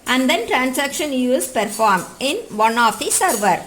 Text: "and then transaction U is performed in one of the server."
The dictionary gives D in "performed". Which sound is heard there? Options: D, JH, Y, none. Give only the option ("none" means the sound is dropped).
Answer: none